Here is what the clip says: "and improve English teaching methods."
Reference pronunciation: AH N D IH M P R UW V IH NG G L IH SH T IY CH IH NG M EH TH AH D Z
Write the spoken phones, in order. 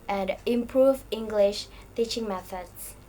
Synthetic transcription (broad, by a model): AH N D IH M P R UW V IH NG G L IH SH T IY CH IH NG M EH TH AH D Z